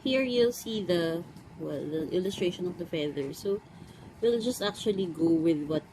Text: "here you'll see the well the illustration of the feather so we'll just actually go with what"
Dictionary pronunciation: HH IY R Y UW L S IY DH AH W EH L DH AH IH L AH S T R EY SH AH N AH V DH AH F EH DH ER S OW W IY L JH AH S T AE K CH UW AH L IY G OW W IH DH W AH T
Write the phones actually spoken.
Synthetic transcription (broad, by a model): HH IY R Y UW L S IY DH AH W EH L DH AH IH L AH S T R EY SH AH N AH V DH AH F EH DH ER S OW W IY L JH AH S T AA K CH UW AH L IY G OW W IH DH W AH T